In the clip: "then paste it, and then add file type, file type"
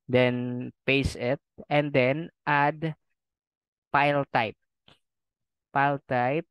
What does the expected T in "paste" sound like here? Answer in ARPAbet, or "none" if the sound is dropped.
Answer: none